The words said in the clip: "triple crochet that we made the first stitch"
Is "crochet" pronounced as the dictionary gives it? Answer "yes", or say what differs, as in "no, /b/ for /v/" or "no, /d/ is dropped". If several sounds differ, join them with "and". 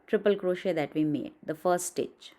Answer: yes